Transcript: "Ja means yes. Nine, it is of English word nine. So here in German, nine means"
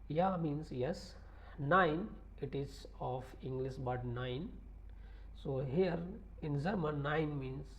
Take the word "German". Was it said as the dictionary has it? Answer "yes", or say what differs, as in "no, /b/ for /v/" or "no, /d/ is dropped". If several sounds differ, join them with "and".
no, /z/ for /dʒ/